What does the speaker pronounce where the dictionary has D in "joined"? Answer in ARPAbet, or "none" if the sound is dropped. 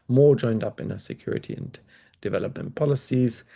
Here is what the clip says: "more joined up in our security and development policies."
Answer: D